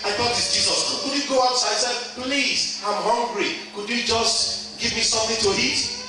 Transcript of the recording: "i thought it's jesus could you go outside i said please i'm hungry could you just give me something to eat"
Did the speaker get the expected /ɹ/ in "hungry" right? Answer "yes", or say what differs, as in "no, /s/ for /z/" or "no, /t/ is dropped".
yes